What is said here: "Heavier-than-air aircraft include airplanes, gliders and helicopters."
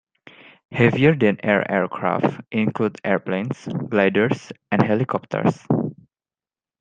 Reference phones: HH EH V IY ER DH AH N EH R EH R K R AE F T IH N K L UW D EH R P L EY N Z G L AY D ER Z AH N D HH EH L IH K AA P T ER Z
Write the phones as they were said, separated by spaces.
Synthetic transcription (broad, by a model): HH EH V IY ER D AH N EH R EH R K R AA F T IH N K L UW D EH R P L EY N S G L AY D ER S AH N D HH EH L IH K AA P T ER S